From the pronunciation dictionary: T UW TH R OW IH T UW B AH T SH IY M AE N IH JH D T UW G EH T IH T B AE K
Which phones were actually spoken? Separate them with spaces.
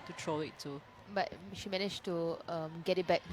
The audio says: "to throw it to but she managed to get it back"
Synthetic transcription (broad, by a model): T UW T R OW IH T UW B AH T SH IY M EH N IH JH T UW G EH T IH T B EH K